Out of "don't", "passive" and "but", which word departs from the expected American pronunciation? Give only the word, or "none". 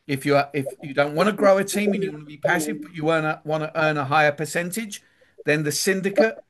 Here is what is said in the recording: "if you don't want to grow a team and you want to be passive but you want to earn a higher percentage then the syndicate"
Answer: none